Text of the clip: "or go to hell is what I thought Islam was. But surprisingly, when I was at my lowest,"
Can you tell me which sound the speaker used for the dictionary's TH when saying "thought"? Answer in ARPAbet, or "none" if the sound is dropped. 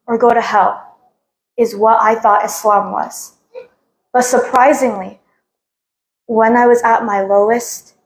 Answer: TH